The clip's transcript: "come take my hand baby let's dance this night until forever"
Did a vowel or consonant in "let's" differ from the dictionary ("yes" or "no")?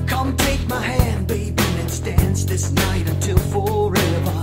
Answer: yes